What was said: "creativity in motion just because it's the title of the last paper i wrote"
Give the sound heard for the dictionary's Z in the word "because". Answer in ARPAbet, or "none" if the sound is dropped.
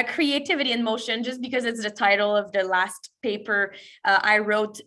Z